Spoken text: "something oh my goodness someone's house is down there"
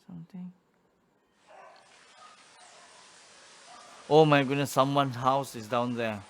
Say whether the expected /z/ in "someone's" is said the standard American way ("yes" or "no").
no